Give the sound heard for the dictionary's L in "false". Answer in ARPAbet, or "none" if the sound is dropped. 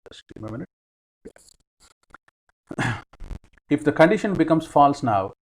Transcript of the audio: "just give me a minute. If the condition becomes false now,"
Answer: L